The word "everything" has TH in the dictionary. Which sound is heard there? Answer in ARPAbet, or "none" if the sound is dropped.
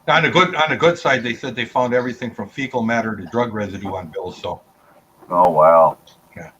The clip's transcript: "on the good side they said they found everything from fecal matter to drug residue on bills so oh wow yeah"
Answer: TH